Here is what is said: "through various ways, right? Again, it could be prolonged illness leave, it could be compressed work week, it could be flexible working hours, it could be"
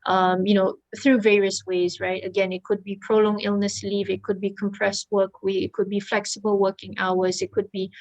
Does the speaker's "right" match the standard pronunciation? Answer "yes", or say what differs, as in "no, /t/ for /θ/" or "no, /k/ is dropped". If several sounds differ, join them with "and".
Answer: yes